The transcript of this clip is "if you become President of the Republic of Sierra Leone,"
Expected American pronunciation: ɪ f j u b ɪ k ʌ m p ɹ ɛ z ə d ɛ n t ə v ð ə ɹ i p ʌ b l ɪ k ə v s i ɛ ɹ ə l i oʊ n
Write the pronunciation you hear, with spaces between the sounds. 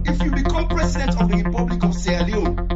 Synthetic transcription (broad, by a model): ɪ f j u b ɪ k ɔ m p ɹ ɛ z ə d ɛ n t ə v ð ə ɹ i p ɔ b l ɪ k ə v s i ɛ ə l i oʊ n